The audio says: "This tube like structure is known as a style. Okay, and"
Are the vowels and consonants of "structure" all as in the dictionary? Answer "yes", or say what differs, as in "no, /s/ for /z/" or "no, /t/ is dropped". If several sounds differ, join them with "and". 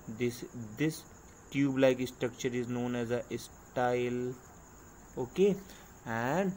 yes